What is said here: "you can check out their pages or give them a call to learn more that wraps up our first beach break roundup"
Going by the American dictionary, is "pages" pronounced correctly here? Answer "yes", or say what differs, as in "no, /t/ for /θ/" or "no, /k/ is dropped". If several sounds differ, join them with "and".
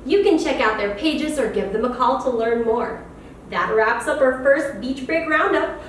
yes